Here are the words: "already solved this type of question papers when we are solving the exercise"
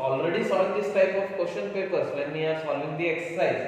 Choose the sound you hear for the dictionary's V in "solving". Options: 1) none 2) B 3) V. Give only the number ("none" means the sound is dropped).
1